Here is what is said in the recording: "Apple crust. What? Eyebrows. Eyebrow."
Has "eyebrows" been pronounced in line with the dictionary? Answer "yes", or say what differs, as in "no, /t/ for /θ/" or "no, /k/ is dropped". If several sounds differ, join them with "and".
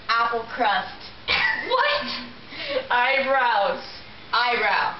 no, /b/ is dropped